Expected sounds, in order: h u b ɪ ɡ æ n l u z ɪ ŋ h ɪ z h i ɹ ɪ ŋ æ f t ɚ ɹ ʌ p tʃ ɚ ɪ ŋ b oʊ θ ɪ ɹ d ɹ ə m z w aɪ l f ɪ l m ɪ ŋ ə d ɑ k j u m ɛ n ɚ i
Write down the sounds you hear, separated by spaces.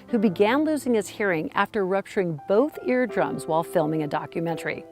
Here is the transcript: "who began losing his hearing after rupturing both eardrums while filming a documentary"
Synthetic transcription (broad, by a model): h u b ɪ ɡ æ n l u z ɪ ŋ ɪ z h i ɹ ɪ ŋ æ f t ɚ ɹ ʌ p tʃ ɚ ɪ ŋ b oʊ θ ɪ ɹ d ɹ ə m z w aɪ l f ɪ l m ɪ ŋ ə d ɑ k j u m ɛ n ɚ i